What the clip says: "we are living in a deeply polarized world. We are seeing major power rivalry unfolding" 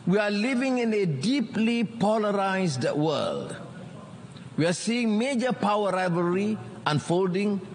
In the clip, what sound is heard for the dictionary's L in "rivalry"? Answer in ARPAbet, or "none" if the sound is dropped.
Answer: none